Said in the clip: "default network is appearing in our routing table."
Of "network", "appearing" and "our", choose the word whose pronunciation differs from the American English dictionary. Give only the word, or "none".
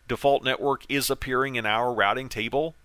none